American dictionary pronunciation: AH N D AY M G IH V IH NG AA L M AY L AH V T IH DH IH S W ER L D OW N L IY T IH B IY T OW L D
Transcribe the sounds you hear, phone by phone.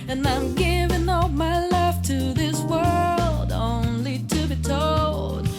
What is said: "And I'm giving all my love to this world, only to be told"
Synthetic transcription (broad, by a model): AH N AY M G IH V IH NG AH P M AY L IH F T IH DH IH S W ER L D OW N L IY T IH B IY T OW L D